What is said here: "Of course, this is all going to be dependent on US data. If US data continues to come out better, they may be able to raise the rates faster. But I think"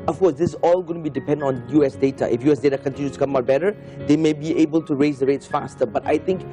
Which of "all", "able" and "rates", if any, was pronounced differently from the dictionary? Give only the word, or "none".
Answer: none